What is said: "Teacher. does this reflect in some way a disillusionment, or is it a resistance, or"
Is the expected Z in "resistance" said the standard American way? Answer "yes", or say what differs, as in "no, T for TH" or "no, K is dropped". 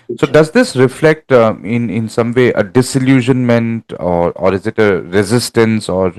yes